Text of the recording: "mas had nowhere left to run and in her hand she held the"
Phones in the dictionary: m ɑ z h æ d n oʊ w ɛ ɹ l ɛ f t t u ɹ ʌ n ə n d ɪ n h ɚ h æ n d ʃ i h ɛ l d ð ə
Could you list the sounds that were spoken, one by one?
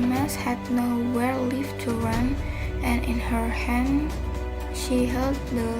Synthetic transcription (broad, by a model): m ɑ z h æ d n oʊ w ɛ ɹ l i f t t u ɹ ʌ n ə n ɪ n h ɚ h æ n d ʃ i h ɛ l d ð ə